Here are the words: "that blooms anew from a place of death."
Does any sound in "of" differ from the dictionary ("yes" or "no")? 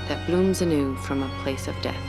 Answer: no